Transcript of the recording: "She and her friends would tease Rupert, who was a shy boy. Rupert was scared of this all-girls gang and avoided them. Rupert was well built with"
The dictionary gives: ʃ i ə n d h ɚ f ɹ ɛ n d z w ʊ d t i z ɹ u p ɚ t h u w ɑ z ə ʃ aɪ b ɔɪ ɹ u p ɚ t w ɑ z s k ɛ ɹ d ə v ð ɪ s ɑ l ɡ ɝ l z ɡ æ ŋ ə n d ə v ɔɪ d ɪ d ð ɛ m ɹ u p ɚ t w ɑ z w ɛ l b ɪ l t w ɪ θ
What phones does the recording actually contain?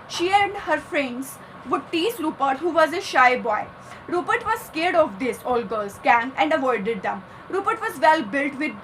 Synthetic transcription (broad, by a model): ʃ i ə n d h ɚ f ɹ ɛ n d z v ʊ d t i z ɹ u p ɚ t h u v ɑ z ə ʃ aɪ b ɔɪ ɹ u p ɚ t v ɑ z s k ɛ ɹ d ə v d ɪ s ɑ l ɡ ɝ l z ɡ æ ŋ ə n d ə v ɔɪ d ɪ d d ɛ m ɹ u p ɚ t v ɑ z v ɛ l b ɪ l t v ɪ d